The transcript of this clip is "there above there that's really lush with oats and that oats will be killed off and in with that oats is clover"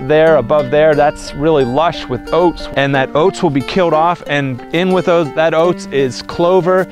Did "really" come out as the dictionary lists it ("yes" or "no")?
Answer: yes